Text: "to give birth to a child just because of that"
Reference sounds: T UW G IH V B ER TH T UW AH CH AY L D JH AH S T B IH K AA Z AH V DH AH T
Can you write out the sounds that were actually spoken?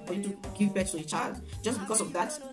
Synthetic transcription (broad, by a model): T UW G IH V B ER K T UW AH CH AY L D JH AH S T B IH K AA S AH V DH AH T